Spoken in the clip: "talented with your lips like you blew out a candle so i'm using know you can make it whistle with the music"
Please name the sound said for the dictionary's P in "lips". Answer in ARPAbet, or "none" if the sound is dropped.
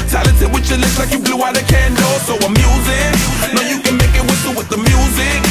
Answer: none